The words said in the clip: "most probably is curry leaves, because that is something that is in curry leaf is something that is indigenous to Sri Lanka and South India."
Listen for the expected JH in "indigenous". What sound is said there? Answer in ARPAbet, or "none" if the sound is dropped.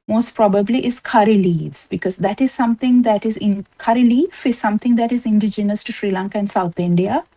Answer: JH